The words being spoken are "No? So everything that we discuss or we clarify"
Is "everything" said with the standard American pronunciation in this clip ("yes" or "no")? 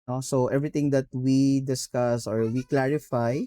no